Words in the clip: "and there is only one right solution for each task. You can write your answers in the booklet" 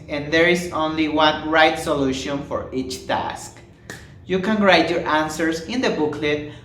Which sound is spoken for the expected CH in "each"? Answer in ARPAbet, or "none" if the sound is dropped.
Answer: CH